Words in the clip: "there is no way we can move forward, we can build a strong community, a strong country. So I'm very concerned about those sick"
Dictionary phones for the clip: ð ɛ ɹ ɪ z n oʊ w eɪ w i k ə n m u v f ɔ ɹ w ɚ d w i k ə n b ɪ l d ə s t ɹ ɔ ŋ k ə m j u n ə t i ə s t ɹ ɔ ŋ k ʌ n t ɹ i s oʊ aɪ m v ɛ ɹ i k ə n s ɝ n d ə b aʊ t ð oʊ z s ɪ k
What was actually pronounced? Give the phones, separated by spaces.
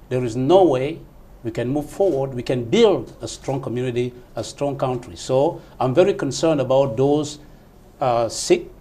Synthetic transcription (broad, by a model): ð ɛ ɹ ɪ z n oʊ w eɪ w i k ə n m u v f ɔ ɹ w ɚ d w i k ə n b ɪ l d ə s t ɹ ɔ ŋ k ə m j u n ə t i ə s t ɹ ɔ ŋ k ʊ n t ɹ i s oʊ aɪ m v ɛ ɹ i k ə n s ɝ n d ə b aʊ t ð oʊ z s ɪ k